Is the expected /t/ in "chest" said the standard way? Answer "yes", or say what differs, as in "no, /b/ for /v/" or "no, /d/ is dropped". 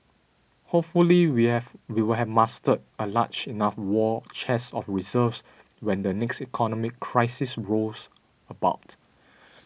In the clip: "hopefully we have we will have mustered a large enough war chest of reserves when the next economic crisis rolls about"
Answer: no, /t/ is dropped